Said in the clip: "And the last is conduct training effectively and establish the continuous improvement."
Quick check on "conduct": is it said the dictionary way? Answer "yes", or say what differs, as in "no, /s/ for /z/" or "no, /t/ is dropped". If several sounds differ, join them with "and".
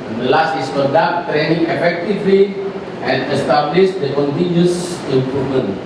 no, /n/ is dropped